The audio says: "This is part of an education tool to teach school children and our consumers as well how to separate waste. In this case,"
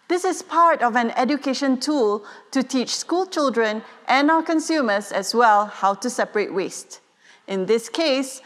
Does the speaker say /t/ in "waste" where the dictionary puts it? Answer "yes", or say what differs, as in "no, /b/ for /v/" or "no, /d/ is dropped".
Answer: yes